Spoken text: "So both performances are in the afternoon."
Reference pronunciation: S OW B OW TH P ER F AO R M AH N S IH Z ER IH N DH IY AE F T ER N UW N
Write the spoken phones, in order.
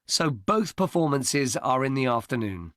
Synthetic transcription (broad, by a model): S OW B OW TH P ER F AO M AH N S IH Z ER IH N DH IY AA F T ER N UW N